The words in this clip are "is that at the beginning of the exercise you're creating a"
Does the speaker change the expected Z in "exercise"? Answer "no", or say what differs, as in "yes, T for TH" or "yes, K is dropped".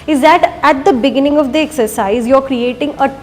no